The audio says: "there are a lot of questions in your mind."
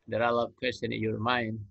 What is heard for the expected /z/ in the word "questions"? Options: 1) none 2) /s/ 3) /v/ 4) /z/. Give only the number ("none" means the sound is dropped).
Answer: 1